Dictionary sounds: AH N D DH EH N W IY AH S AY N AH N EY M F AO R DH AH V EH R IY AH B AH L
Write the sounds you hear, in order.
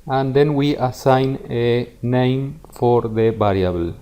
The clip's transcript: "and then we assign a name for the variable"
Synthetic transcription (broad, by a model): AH N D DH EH N W IY AH S AY N AH N EY M F AO R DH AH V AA R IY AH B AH L